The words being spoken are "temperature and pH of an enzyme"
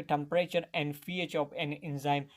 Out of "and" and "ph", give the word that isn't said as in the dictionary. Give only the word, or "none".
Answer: ph